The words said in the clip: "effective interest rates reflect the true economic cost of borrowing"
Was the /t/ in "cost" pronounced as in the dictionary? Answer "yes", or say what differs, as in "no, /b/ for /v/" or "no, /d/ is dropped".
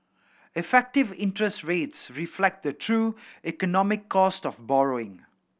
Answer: yes